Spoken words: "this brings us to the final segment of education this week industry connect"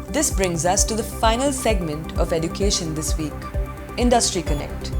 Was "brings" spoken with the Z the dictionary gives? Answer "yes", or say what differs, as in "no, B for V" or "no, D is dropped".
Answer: yes